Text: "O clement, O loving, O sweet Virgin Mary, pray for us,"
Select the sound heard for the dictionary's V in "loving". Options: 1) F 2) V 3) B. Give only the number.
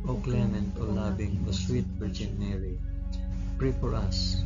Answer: 3